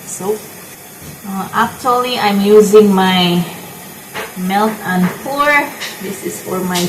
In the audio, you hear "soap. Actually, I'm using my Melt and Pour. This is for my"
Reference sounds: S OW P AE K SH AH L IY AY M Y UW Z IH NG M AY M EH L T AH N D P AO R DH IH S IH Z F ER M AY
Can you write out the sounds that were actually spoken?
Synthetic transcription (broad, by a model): S OW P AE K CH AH L IY AY M Y UW Z IH NG M AY M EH L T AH N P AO R DH IH S IH Z F ER M AY